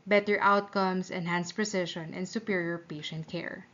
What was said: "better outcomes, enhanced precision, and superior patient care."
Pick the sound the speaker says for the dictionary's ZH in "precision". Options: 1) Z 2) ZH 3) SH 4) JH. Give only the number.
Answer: 3